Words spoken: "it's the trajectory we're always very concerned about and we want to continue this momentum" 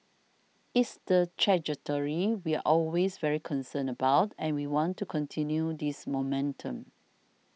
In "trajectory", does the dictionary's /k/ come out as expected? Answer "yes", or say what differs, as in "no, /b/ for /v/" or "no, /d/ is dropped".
no, /k/ is dropped